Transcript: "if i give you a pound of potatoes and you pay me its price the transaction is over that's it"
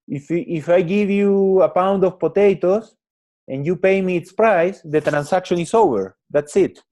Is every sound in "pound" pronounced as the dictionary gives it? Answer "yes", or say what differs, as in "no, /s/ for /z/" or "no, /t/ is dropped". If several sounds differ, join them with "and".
yes